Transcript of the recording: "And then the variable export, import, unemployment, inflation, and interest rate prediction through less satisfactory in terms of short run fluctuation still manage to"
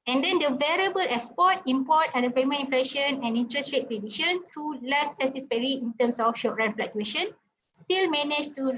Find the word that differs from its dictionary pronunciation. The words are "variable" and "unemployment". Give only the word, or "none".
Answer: unemployment